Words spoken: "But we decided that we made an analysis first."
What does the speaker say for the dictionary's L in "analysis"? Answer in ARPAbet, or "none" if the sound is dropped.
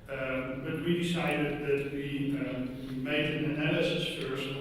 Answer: N